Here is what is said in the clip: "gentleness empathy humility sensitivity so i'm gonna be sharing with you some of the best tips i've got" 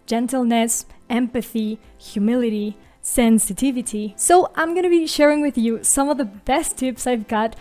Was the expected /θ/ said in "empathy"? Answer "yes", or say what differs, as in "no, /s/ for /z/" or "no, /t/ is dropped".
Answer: yes